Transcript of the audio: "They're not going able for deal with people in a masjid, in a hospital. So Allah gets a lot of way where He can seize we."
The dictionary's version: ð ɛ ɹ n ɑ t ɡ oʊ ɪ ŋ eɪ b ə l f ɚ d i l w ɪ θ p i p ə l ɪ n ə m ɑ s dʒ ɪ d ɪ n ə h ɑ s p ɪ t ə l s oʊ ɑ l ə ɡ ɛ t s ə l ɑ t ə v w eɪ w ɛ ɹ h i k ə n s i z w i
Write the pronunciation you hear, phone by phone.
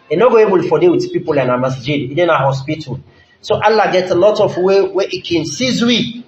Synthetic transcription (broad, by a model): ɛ n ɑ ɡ oʊ eɪ b ə l f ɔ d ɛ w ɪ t p i p ə l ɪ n ə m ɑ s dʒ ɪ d ɪ n ə h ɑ s p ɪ t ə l s oʊ ɑ l ə ɡ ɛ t ə l ɑ t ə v w eɪ w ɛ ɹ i k ə n s i z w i